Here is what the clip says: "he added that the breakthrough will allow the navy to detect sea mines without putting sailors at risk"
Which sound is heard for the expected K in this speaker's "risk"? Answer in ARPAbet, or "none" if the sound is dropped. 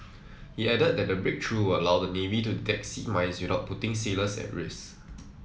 none